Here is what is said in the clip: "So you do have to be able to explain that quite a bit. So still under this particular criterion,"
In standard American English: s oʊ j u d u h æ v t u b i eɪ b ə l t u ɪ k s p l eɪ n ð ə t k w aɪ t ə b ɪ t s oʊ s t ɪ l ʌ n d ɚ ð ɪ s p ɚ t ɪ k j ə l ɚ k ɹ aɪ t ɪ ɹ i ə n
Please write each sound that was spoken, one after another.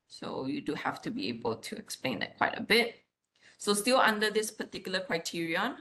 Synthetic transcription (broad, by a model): s oʊ j u d u h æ f t u b i eɪ b ə l t u ɪ k s p l eɪ n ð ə t k w aɪ t ə b ɪ t s oʊ s t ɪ l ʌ n d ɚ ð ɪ s p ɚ t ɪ k j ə l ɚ k ɹ aɪ t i ɹ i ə n